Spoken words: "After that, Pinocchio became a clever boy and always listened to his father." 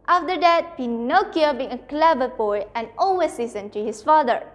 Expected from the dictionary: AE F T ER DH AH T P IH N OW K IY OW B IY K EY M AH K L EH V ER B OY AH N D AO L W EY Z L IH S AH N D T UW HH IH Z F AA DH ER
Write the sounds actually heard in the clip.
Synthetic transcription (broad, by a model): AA F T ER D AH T P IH N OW K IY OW B IY IH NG AH K L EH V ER B OY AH N AO L W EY S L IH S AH N T UW HH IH S F AA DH ER